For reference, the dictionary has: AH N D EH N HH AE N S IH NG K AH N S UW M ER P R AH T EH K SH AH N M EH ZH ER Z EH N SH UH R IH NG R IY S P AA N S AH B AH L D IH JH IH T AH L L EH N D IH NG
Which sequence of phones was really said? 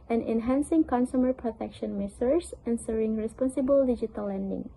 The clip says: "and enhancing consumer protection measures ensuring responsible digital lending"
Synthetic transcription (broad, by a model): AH N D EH N HH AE N S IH NG K AH N S UW M ER P R AH T EH K SH AH N M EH S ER S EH N S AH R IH NG R IY S P AA N S AH B AH L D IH JH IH T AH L L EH N D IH NG